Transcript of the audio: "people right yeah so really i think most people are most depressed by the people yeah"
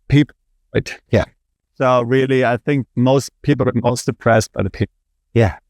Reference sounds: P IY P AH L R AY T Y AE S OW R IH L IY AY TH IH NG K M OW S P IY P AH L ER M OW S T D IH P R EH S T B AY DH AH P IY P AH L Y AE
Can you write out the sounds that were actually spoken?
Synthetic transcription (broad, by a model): P IY P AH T Y AE S OW R IH L IY AY TH IH NG K M OW S P IY P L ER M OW S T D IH P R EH S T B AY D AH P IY Y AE